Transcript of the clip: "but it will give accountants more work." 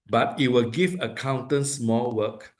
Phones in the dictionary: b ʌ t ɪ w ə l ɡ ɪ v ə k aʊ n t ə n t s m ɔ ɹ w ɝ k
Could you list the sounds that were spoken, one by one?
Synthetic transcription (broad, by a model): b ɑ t ɪ w ə l ɡ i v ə k aʊ n t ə n s m ɔ l w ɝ k